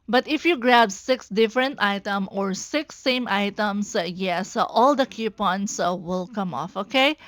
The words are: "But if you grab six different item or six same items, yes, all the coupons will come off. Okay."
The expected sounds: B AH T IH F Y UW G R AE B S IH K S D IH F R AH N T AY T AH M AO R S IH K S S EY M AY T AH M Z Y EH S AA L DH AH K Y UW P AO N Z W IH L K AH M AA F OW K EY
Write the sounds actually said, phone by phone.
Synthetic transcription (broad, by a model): B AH T IH F Y UW G R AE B S IH K S D IH F R AH N T AY T AH M AO R S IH K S S EY M AY T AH M S Y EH S AA L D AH K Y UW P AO N S W IH L K AH M AA F OW K EY